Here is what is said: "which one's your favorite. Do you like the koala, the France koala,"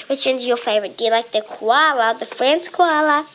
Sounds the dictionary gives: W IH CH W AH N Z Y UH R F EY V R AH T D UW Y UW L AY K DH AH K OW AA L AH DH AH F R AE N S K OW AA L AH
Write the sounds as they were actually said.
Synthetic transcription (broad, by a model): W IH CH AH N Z Y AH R F EY V R AH T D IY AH L AY K DH AH K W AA L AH DH AH F R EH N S K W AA L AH